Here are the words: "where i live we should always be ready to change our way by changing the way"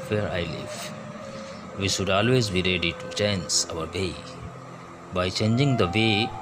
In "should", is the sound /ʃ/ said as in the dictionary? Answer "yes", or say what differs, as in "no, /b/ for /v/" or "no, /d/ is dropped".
yes